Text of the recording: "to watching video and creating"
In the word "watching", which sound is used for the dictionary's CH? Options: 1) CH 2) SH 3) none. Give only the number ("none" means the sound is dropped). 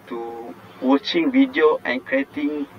1